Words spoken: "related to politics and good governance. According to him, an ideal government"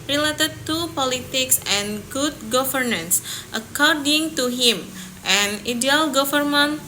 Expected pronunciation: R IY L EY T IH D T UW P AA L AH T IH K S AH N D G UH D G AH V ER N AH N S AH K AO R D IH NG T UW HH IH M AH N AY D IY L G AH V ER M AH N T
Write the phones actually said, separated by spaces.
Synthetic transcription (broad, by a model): R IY L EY T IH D T UW P AA L AH T IH K S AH N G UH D G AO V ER N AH N S AH K AO R D IH NG T UW HH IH M AH N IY D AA L G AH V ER M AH N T